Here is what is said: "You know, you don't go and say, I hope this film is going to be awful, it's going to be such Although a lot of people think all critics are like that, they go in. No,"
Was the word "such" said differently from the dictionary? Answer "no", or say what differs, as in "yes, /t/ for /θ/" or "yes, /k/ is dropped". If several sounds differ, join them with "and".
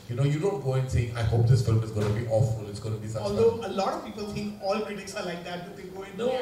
yes, /tʃ/ is dropped